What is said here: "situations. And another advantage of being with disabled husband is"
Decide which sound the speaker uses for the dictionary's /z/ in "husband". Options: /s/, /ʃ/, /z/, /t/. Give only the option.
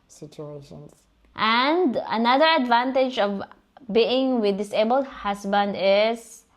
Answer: /s/